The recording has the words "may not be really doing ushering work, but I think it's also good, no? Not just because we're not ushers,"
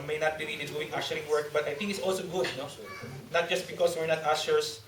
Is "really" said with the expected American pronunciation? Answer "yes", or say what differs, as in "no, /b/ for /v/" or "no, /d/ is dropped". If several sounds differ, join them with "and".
no, /n/ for /l/